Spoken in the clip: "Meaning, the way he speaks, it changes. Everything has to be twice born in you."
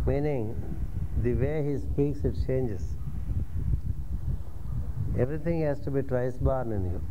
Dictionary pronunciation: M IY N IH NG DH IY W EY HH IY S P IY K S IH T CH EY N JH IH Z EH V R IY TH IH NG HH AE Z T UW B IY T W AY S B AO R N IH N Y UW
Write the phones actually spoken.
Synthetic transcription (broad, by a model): M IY N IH NG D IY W EY HH IY S P IY K S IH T CH EY N JH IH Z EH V R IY T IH NG HH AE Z T UW B IY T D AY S B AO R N IH N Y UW